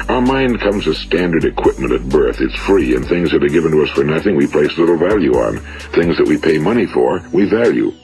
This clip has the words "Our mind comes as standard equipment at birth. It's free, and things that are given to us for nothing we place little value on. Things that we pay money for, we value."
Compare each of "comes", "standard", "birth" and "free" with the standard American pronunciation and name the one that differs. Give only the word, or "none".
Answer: none